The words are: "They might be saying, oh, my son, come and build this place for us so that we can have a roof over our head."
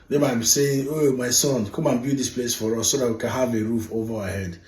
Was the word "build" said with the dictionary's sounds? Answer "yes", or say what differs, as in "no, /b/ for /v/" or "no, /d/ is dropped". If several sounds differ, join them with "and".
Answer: no, /l/ is dropped